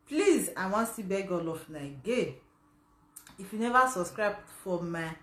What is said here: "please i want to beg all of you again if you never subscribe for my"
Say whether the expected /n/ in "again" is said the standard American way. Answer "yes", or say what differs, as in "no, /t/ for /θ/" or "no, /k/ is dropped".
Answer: no, /n/ is dropped